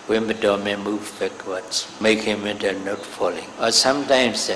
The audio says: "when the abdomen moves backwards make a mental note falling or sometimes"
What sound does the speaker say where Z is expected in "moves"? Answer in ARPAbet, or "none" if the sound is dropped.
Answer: none